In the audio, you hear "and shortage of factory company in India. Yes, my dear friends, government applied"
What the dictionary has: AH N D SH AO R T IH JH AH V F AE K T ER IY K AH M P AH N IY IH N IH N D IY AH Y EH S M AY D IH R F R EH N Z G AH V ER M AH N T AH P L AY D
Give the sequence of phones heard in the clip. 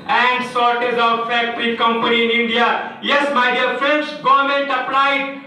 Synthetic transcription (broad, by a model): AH N D S AO R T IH Z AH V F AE K T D IY K AH M P AH N IY IH N IH N D IY AH Y EH S M AY D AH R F IH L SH G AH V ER M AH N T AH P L AY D